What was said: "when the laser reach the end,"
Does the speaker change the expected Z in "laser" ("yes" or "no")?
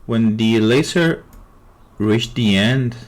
yes